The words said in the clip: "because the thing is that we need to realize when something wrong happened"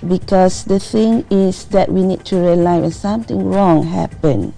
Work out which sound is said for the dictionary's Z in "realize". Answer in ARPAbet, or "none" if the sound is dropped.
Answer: none